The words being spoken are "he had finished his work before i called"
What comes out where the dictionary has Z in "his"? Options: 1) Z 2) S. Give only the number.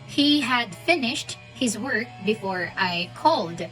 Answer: 1